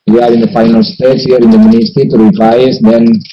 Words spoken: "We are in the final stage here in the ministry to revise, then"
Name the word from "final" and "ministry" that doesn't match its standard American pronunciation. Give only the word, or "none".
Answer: ministry